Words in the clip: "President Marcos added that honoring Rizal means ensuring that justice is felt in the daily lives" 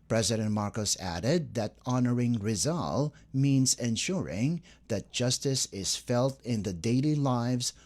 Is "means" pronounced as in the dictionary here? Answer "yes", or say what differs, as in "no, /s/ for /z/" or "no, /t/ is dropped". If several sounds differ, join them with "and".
yes